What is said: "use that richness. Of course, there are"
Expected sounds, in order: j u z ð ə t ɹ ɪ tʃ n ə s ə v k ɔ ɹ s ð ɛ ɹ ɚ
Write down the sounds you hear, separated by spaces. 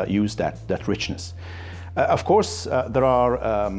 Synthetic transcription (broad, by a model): j u z ð ə t ɹ ɪ tʃ n ə s ə v k ɔ ɹ s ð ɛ ɹ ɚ